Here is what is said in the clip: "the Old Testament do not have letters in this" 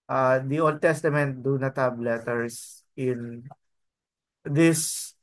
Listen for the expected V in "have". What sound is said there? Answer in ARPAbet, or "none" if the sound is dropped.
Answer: B